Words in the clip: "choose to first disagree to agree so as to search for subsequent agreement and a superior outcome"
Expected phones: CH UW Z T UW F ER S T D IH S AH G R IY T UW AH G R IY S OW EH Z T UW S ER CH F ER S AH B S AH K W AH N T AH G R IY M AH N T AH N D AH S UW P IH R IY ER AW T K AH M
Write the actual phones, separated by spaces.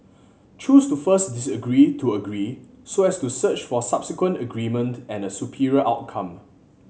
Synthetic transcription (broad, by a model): CH UW S T UW F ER S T D IH S AH G R IY T UW AH G R IY S OW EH S T UW S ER CH F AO S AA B S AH K W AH N T AH G R IY M AH N T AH N AH S UW P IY R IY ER AW T K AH M